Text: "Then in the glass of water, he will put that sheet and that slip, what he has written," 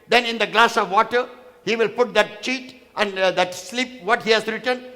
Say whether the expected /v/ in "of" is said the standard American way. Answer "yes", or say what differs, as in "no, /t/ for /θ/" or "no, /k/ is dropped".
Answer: yes